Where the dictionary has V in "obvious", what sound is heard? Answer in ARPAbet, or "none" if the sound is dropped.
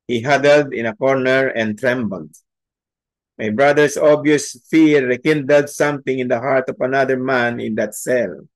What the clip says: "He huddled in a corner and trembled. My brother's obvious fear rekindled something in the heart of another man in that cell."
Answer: none